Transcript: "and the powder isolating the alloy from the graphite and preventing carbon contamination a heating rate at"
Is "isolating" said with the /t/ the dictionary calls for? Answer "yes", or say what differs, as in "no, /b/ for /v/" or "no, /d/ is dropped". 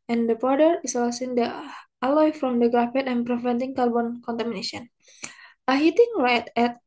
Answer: no, /s/ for /t/